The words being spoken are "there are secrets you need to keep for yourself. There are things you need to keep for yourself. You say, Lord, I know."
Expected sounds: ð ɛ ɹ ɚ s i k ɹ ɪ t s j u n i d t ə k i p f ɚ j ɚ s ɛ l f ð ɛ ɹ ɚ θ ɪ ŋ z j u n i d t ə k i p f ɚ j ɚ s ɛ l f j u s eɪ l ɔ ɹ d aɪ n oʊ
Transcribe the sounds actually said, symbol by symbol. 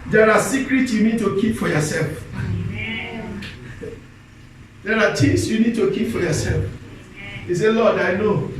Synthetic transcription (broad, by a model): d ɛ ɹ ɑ s i k ɹ ɪ t s j u n i d t ə k i p f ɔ j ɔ s ɛ l f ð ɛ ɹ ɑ t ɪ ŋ s j u n i d t ə k i p f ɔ j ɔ s ɛ l f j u s eɪ l ɔ d aɪ n oʊ